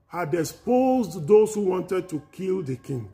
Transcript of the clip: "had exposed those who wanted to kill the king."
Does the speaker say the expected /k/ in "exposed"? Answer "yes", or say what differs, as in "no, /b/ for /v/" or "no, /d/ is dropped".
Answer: no, /k/ is dropped